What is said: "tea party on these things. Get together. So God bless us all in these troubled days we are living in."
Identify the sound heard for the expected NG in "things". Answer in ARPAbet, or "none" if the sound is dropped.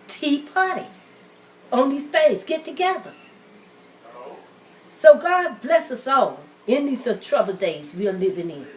none